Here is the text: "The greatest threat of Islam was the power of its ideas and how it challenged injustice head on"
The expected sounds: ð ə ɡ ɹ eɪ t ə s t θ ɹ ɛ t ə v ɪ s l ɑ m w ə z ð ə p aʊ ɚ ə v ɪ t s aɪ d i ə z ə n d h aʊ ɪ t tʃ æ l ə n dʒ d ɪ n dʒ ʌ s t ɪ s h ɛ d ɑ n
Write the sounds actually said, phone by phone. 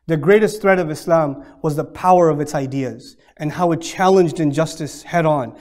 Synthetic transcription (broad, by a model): ð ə ɡ ɹ eɪ t ə s t θ ɹ ɛ t ə v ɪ s l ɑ m w ə z ð ə p aʊ ɚ ə v ɪ t s aɪ d i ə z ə n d h aʊ ɪ t tʃ æ l ə n dʒ d ɪ n dʒ ʌ s t ɪ s h ɛ d n